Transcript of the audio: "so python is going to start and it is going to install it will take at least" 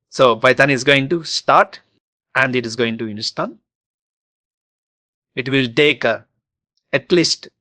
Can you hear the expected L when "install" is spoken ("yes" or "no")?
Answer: no